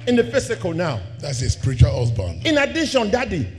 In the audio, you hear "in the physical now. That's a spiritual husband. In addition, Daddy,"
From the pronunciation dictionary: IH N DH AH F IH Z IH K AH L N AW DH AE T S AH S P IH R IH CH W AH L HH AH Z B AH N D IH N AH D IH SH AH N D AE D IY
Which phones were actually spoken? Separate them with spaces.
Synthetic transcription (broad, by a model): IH N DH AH F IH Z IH K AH L N AW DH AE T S AH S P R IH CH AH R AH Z B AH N IH N AH D IH SH AH N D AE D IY